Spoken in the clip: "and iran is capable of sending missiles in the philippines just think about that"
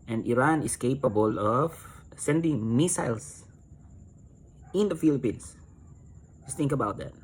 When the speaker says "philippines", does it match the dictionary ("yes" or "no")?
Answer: no